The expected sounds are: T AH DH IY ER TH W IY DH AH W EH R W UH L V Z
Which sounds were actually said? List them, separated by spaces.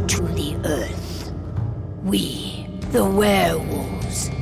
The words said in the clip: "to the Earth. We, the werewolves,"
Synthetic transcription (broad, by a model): T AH DH IY ER TH W IY DH AH W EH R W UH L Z